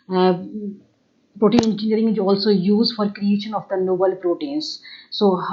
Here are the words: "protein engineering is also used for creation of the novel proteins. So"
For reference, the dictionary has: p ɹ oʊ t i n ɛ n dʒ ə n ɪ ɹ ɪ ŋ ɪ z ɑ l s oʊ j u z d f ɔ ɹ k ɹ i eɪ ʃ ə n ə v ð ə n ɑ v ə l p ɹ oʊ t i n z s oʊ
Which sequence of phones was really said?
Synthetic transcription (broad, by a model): p ɹ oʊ t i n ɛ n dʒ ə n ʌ ɹ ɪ ŋ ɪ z ɑ l s oʊ j u z d f ɔ ɹ k ɹ i eɪ ʃ ə n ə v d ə n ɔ b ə l p ɹ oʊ t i n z s oʊ